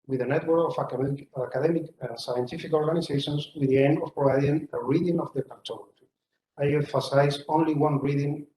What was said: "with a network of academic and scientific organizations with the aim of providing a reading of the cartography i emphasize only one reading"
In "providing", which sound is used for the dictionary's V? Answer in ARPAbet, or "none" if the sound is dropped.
none